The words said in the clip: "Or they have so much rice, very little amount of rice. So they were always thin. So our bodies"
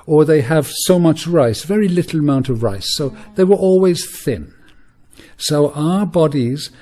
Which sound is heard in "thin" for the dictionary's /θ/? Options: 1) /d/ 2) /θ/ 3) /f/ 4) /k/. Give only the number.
2